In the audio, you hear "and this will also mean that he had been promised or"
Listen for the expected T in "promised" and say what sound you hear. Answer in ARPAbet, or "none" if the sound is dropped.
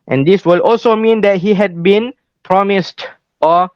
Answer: T